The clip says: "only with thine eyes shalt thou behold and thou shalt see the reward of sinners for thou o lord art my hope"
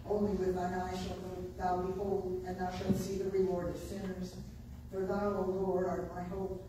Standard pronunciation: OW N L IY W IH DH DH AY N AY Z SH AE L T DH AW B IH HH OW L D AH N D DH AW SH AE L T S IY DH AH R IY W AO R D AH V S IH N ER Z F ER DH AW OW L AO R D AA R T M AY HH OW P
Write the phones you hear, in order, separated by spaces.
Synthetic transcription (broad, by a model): OW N L IY W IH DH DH AY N AY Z SH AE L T DH AW B IH HH OW L D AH N DH AW SH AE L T S IY DH AH R IY W AO R D AH V S IH N ER Z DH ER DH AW OW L AO R AA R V M AY HH OW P